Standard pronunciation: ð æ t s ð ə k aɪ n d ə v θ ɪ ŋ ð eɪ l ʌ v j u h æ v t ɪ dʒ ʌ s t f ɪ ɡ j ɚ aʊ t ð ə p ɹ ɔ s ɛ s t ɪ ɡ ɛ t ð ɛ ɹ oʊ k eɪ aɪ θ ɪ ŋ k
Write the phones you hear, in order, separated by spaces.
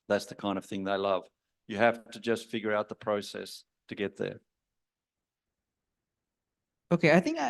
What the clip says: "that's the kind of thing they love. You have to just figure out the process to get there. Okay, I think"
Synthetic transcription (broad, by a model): ð æ t s ð ə k aɪ n d ə v θ ɪ ŋ ð eɪ l ʌ v j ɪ h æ f t ɪ dʒ ʌ s t f ɪ ɡ j ɚ aʊ t ð ə p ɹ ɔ s ɛ s t ɪ ɡ ɛ t ð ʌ ɹ oʊ k eɪ aɪ θ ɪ ŋ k